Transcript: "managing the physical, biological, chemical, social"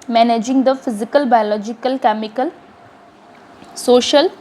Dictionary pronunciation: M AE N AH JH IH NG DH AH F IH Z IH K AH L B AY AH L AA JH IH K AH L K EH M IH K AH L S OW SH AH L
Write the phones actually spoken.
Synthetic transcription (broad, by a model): M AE N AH JH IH NG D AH F IH Z IH K AH L B AY AH L AA JH IH K AH L K EH M IH K AH L S OW SH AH L